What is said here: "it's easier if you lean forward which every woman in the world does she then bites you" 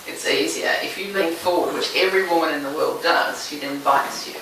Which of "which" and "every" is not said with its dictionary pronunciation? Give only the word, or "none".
none